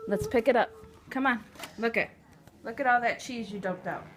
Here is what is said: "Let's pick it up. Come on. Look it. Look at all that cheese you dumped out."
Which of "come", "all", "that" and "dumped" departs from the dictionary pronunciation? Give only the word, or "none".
dumped